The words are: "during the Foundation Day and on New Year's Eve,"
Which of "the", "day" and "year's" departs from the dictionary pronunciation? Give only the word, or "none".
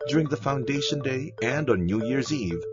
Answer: none